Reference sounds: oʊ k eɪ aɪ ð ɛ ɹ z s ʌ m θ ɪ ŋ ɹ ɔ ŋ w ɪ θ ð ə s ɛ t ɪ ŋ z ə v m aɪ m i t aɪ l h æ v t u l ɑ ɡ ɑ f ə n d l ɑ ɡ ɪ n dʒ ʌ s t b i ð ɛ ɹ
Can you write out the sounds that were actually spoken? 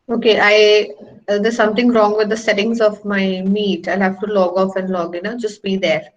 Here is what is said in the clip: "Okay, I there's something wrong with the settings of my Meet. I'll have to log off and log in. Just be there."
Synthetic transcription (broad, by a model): oʊ k eɪ aɪ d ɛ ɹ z s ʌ m t ɪ ŋ ɹ ɔ ŋ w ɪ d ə s ɛ t ɪ ŋ z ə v m aɪ m i t aɪ l h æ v t u l ɑ ɡ ɑ f ə n d l ɑ ɡ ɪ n dʒ ʌ s t b i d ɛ ɹ